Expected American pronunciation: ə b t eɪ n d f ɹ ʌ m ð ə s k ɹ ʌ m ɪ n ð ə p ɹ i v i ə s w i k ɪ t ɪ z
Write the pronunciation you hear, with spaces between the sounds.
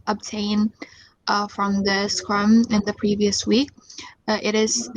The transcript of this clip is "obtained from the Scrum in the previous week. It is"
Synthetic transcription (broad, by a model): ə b t eɪ n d f ɹ ʌ m ð ə s k ɹ ʌ m ɪ n ð ə p ɹ i v i ə s w i k ɪ t ɪ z